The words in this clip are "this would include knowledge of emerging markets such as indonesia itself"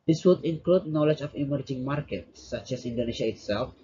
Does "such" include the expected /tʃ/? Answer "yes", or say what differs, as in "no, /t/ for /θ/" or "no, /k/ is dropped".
yes